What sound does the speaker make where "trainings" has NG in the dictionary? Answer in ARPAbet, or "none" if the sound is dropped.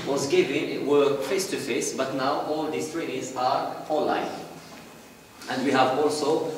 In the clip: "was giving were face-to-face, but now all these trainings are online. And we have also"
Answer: none